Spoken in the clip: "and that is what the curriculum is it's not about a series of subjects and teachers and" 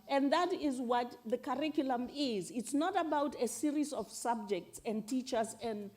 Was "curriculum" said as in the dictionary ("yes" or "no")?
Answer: yes